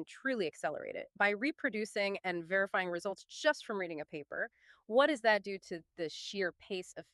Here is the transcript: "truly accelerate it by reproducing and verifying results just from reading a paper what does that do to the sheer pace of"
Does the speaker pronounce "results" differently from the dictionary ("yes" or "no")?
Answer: no